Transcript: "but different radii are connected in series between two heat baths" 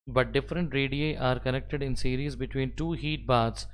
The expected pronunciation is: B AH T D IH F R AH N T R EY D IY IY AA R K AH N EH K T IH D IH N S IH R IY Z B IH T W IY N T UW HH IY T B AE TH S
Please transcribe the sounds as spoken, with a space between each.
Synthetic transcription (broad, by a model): B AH T D IH F R AH N T R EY D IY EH AA R K AH N EH K T IH D IH N S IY R IY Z B IH T W IY N T UW HH IY T B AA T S